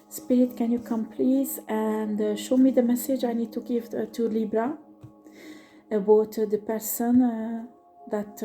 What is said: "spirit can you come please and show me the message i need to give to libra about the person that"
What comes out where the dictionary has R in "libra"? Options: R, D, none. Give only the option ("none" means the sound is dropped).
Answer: R